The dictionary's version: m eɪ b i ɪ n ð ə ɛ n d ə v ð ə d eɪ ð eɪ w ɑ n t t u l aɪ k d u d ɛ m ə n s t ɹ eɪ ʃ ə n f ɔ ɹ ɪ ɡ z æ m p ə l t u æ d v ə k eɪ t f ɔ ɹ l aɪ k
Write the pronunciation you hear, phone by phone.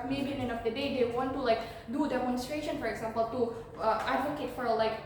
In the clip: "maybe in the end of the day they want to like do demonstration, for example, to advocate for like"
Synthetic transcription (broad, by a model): m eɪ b i ɪ n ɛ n ə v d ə d eɪ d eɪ w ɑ n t t u l aɪ k d u d ɛ m ə n s t ɹ eɪ ʃ ə n f ɔ ɹ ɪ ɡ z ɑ m p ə l t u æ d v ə k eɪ t f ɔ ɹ l aɪ k